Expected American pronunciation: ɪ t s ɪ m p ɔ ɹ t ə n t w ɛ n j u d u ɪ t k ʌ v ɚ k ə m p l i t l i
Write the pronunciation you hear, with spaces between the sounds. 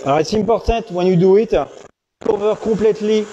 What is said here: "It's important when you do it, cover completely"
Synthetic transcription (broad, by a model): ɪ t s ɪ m p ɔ ɹ t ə t w ɛ n j u d u ɪ t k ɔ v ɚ k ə p l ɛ t l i